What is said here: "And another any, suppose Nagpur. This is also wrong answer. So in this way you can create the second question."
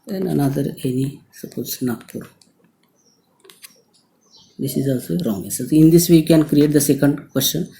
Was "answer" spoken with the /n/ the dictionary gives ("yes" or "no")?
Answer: no